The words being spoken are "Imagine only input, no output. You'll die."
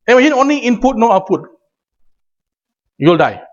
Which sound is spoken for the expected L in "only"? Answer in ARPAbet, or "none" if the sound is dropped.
L